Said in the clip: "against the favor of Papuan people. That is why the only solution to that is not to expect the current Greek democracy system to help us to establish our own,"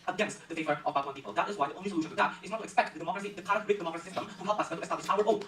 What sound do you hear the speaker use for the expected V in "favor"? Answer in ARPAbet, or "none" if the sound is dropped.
V